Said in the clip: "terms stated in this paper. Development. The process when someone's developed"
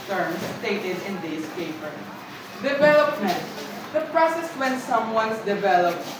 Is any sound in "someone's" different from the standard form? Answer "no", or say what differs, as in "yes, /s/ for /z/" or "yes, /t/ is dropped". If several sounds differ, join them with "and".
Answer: yes, /s/ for /z/